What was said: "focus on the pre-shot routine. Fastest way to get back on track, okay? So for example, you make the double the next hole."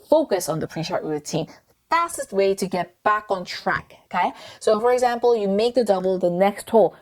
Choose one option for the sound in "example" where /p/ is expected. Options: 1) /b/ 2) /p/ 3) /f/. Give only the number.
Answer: 2